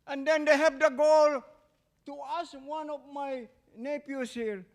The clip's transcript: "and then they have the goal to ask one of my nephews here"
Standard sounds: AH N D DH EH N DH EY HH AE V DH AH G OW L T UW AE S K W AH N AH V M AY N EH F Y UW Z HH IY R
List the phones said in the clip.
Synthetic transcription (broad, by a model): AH N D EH N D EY HH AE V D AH G OW L T UW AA S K W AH N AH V M AY N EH P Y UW S HH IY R